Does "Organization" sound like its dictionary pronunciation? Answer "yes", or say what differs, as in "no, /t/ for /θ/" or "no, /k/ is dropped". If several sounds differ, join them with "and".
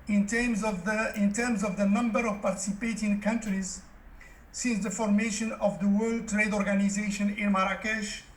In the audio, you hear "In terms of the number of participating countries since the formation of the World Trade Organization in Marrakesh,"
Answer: yes